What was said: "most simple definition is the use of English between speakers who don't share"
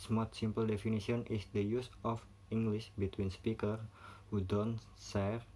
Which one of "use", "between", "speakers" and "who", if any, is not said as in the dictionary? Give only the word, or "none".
speakers